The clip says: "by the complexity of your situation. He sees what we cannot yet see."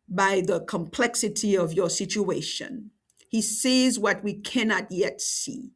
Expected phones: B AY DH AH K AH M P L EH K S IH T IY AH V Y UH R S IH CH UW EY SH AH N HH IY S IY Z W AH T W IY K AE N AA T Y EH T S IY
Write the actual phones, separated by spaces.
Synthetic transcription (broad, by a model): B AY DH AH K AH M P L EH K S IH T IY AH V Y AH R S IH CH UW EY SH AH N HH IY S IY Z W AH T W IY K AE N AA T Y EH T S IY